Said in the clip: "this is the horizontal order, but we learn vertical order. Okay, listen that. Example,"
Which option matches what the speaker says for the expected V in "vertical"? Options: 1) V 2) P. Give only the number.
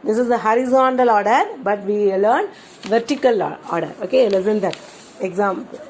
1